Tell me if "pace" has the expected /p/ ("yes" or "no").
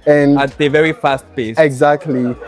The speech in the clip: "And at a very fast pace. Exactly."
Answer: no